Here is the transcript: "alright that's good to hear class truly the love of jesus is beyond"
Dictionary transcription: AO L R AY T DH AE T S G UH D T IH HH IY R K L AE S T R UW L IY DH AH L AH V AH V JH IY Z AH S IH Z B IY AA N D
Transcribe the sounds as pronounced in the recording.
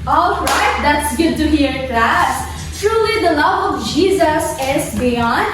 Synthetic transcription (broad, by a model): AO L R AY T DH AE T S G UH D T IH HH IY R K L AE S T R UW L IY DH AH L AH V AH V JH IY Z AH S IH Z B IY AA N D